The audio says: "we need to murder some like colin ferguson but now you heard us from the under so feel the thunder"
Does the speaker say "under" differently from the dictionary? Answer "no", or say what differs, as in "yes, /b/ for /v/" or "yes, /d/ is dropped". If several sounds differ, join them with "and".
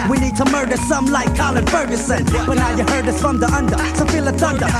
no